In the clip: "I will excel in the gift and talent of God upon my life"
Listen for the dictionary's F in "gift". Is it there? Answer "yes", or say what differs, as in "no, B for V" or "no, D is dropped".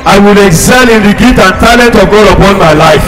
no, F is dropped